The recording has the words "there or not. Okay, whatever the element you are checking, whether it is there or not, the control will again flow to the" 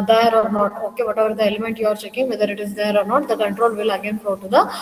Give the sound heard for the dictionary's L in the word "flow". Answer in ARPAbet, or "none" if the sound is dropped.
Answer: none